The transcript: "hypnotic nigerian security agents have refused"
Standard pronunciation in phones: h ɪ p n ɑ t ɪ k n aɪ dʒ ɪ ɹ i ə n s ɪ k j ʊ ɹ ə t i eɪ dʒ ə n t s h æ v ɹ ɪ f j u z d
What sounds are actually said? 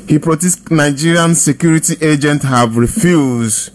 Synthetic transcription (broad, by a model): h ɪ p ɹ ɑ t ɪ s n aɪ dʒ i ɹ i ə n s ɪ k j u ɹ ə t i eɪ dʒ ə n t h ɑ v ɹ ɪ f j u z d